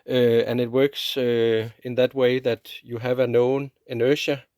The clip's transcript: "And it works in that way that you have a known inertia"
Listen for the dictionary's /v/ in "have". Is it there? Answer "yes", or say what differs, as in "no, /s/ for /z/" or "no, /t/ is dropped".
yes